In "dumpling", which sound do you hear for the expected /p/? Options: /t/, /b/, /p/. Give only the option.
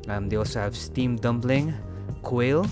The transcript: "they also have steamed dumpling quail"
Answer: /b/